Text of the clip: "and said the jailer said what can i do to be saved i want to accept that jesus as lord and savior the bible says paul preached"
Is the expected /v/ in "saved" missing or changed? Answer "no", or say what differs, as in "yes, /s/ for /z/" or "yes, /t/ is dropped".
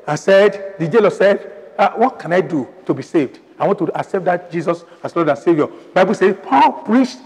no